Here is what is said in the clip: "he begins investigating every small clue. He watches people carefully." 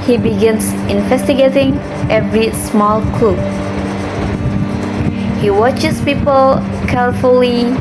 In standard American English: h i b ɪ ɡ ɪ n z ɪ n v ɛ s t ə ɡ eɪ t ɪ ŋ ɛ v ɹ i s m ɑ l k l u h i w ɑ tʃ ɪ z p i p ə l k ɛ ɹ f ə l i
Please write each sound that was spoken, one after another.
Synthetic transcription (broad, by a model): h i b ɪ ɡ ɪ n s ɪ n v ɛ s t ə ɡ eɪ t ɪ ŋ ɛ v ɹ i s m ɑ l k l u h i w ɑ tʃ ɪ s p i p ə l k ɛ ɹ f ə l i